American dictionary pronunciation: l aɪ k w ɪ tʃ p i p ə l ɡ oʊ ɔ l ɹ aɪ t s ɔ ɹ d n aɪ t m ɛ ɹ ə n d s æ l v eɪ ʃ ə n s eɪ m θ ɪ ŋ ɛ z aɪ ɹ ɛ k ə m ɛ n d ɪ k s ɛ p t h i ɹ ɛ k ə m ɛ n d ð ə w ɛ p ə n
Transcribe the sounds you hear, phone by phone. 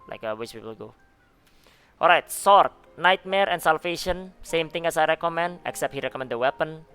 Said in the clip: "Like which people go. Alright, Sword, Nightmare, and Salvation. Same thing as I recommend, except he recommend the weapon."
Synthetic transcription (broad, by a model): l aɪ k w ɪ s p i p ə l ɡ oʊ ɔ l ɹ aɪ t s ɔ ɹ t n aɪ t m ɛ ɹ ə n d s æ l f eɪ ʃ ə n s eɪ m t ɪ ŋ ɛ s aɪ ɹ ɛ k ə m ɛ n d ɪ k s ɛ p t h i ɹ ɛ k ə m ɛ n d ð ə w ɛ p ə n